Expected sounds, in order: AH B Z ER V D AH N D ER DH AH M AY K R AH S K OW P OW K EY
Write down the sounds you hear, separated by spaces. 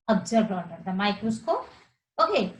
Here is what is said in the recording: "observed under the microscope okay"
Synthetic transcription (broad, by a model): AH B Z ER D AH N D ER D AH M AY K AH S K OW OW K EY